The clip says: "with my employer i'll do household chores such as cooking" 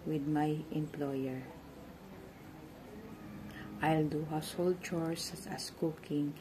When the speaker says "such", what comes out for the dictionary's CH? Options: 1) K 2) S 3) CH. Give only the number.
2